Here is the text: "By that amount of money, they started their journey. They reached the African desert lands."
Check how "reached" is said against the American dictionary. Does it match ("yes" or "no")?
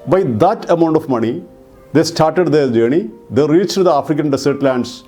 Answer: yes